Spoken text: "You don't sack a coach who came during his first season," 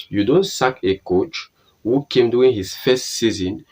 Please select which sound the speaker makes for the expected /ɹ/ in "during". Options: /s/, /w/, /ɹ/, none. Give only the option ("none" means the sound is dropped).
none